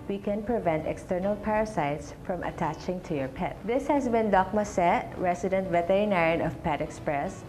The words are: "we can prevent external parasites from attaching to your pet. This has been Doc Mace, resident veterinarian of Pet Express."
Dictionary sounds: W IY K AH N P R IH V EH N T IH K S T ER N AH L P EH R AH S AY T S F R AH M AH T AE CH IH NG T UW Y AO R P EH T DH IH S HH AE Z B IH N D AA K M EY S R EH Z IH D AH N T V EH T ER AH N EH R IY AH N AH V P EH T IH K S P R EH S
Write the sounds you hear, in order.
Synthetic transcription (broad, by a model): W IY K AH N P R IH V EH N T IH K S T ER N AH L P EH R AH S AY T S F R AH M AH T AE CH IH NG T UW Y AO R P EH T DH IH S HH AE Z B IH N D AA K M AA S R EH S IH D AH N T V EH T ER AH N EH R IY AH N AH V P EH T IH K S P R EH S